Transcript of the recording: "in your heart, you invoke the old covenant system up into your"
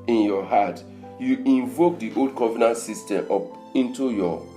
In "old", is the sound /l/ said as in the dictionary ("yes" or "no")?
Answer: yes